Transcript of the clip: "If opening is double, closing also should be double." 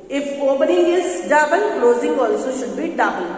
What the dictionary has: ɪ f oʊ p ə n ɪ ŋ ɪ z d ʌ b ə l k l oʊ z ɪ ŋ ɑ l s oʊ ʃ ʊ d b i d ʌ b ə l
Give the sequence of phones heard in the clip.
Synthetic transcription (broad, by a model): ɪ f oʊ b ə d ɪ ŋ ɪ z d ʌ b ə n k l oʊ z ɪ ŋ ɑ l s oʊ ʃ ʊ d b i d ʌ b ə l